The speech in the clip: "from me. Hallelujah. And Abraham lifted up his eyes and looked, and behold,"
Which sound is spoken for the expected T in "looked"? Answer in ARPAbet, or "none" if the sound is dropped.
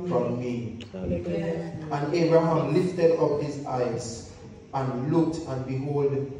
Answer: T